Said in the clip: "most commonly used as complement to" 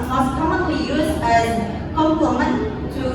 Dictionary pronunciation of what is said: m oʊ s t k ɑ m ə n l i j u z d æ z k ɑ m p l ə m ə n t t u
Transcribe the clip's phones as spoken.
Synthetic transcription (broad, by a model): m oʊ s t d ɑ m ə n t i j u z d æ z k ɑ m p ə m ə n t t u